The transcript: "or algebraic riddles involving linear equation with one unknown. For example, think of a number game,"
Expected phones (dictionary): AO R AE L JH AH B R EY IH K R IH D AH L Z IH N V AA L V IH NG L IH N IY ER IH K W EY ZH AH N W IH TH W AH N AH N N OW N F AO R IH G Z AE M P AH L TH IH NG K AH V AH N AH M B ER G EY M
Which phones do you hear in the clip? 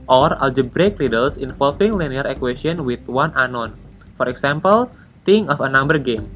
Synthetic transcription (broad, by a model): AO R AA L JH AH B R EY K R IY D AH L S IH N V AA L F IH NG L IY N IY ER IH K W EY SH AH N W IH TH W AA N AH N N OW N F AO R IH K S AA M P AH L T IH NG AH F AH N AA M B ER G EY M